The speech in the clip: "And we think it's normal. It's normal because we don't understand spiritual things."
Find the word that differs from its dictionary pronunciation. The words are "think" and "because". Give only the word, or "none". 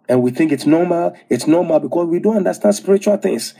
because